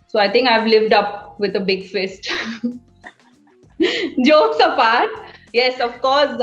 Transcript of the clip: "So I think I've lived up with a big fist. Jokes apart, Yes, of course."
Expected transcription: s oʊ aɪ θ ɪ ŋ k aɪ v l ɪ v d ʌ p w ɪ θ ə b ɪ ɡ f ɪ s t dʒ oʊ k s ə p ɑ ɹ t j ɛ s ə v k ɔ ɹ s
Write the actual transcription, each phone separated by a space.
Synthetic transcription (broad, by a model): s oʊ aɪ t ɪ ŋ k aɪ v l ɪ v d ʌ p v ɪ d ə b ɪ ɡ f ɪ s t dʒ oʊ s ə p ɑ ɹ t j ɛ s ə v k ɔ ɹ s